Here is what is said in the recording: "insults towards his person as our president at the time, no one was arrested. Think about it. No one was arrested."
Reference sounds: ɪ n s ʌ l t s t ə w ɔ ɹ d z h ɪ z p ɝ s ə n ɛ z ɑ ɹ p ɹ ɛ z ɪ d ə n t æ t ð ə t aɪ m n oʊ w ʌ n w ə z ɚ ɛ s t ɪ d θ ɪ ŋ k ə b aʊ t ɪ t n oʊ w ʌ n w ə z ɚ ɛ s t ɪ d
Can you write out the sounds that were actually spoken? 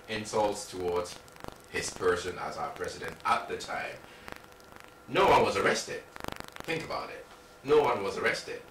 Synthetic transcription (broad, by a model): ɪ n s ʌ l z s t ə w ɔ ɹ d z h ɪ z p ɝ s ə n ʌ z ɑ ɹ p ɹ ɛ z ɪ d ə n t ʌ t ð ə t aɪ m n oʊ w ʌ n w ə z ɚ ɛ s t ɪ d θ ɪ ŋ k ə b aʊ t ɪ t n oʊ w ʌ n w ə z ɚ ɛ s t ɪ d